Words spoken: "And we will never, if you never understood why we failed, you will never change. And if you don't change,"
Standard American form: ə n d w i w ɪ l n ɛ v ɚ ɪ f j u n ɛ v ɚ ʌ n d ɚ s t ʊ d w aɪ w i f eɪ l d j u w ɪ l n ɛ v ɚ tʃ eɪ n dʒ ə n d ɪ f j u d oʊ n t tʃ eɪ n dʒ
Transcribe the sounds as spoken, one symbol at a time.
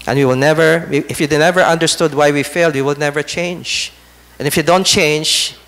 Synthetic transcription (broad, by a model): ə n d w i w ɪ l n ɛ v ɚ ɪ f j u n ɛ v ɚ ʌ n d ɚ s t ʊ d w aɪ w i f eɪ l d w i w ɪ l n ɛ v ɚ tʃ eɪ n dʒ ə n ɪ f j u d oʊ n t tʃ eɪ n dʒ